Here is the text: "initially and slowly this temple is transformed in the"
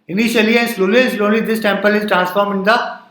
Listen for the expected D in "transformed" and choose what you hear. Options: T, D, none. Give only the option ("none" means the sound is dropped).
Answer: none